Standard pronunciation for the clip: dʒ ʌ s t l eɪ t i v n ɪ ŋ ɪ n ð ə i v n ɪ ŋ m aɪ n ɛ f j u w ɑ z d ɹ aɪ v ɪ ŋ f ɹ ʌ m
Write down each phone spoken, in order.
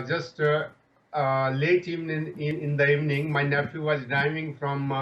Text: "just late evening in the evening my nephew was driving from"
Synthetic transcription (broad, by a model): dʒ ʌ s t l eɪ t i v n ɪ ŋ ɪ n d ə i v n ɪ ŋ m aɪ n ɛ f j u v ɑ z d aɪ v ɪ ŋ f ɹ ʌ m